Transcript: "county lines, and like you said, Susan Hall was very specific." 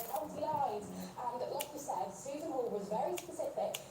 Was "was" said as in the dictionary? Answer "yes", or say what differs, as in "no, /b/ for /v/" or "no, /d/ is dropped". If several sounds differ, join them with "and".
yes